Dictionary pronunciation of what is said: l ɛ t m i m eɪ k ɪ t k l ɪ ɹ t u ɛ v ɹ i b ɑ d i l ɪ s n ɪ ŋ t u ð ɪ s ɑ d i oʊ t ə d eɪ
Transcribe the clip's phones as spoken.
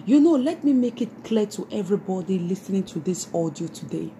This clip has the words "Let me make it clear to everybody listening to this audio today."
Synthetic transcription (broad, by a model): l ɛ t m i m eɪ k ɪ t k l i t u ɛ v ɹ i b ɑ d i l ɪ s n ɪ ŋ t u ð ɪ s ɑ d i oʊ t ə d eɪ